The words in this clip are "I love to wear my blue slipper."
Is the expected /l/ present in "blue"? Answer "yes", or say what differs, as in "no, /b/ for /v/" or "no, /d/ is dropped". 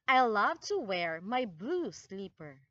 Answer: yes